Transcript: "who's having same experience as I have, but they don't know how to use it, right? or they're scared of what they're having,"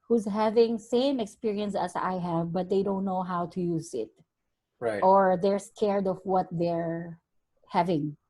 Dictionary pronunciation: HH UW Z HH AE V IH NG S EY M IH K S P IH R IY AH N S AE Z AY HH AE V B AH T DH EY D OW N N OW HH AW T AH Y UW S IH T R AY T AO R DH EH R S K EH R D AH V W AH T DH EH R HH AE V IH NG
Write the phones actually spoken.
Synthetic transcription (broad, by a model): HH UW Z HH AE V IH NG S EY M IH K S P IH R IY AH N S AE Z AY HH AE V B AH T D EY D OW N N OW HH AW T AH Y UW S IH T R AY T AO R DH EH R S K EH R D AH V W AH T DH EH R HH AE V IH NG